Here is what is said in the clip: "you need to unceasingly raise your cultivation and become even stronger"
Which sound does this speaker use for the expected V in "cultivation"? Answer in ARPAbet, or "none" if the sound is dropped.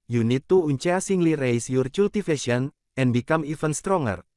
F